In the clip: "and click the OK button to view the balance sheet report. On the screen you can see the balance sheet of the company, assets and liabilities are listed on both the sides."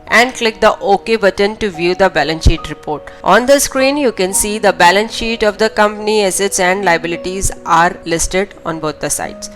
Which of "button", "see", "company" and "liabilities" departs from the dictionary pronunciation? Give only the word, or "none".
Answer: none